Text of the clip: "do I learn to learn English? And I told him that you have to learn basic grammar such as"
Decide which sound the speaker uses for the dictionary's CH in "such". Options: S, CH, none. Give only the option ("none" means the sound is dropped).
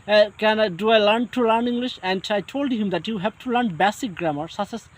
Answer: S